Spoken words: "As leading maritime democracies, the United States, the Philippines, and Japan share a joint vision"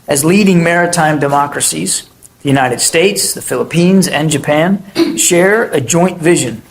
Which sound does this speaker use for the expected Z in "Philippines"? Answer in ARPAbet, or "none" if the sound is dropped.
Z